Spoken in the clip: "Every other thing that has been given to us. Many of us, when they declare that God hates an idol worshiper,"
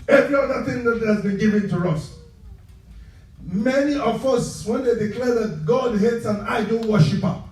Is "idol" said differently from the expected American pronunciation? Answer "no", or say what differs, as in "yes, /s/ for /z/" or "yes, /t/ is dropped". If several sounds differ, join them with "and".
yes, /n/ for /l/